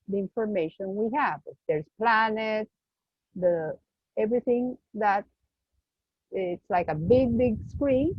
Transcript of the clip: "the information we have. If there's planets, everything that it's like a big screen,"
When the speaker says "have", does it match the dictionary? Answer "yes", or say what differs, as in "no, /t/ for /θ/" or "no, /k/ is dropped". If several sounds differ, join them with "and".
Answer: yes